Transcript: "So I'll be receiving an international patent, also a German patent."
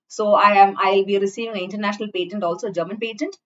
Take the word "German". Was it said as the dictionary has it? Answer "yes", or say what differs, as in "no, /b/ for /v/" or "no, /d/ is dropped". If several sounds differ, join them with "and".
yes